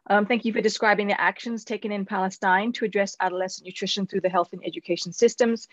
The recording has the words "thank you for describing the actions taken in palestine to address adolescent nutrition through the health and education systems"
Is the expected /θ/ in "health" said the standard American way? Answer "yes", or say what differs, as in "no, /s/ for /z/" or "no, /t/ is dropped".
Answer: yes